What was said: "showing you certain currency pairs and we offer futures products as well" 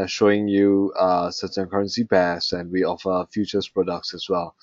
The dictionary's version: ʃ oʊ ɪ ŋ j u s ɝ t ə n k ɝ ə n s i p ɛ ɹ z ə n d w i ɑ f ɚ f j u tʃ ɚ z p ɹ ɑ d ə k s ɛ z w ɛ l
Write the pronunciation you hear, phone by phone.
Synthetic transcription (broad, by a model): ʃ oʊ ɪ ŋ j u s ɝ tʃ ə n k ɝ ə n s i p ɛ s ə n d w i ɑ f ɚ f j u tʃ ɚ s p ɹ ɑ d ə k s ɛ s w ɛ l